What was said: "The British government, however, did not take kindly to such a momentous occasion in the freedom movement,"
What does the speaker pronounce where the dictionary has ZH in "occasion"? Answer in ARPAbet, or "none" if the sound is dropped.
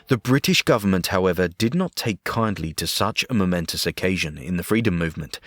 ZH